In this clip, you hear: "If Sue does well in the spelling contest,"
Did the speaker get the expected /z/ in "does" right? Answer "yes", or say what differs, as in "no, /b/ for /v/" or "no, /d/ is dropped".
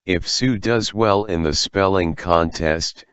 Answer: yes